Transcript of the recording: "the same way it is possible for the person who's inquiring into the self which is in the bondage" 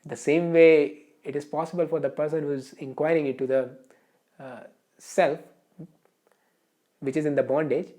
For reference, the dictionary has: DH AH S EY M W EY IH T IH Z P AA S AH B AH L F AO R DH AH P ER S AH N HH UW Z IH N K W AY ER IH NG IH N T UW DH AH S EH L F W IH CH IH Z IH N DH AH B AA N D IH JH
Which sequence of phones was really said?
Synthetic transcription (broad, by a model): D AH S EY M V EY IH T IH Z P AA S AH B AH L F AO R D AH P ER S AH N HH UW Z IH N K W AY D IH NG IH T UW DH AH S EH L F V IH CH IH Z IH N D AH B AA N D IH JH